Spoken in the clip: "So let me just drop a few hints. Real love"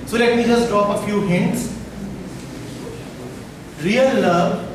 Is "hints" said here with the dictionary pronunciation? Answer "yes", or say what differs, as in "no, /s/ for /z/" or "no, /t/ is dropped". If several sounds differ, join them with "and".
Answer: yes